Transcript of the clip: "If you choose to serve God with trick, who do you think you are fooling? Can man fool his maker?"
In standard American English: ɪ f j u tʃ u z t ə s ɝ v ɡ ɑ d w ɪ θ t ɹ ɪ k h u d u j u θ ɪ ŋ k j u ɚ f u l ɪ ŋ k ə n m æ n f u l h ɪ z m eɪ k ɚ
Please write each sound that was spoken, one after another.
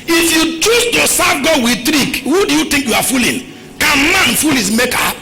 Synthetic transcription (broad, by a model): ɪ f j u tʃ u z t ə s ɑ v ɡ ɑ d w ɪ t ɹ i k h u d u j u t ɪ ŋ k j u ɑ f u l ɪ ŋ k ə n m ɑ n f u l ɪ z m eɪ k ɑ